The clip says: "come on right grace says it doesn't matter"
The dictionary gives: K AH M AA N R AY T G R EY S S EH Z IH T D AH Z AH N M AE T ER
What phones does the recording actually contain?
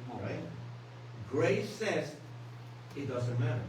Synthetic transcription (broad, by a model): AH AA L R AY T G R EY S S EH Z IH T D AH Z AH N M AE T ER